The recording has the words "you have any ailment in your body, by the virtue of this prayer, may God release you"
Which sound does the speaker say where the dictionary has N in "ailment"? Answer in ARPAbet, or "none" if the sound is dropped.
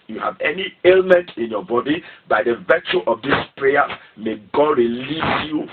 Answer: N